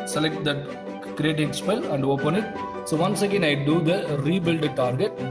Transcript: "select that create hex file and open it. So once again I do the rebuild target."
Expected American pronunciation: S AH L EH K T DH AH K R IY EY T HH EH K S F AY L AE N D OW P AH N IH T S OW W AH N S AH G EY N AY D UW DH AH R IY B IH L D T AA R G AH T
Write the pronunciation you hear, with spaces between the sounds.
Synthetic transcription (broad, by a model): S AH L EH K T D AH K R IY EY T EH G S P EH L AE N D OW P AH N IH T S OW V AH N S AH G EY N AY D UW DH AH R IY B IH L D T AA R G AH T